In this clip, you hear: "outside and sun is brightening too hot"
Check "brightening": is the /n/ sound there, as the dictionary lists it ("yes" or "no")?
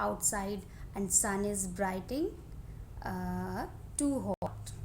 no